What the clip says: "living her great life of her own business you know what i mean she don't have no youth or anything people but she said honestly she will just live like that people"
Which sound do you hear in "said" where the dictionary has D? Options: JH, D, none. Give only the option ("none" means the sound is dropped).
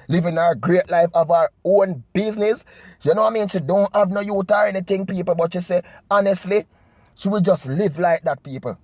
none